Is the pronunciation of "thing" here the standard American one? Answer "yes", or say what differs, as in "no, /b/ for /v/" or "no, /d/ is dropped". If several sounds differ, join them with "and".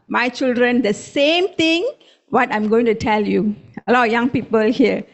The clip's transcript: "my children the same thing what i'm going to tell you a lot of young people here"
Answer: no, /t/ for /θ/